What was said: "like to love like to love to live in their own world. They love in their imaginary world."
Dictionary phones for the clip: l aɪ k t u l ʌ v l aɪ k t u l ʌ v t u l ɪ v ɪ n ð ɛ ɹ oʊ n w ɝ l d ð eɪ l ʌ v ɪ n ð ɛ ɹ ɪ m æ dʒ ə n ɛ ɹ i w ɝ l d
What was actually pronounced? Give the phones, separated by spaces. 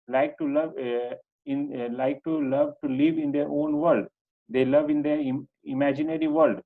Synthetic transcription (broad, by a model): l aɪ k t u l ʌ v l aɪ k t u l ʌ v t u l ɪ v ɪ n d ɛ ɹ oʊ n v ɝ l d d eɪ l ʌ v ɪ n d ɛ ɪ m æ dʒ ə n ɛ ɹ i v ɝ l d